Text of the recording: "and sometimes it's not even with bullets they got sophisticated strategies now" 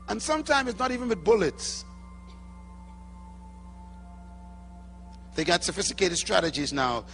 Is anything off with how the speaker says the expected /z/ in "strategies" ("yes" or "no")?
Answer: no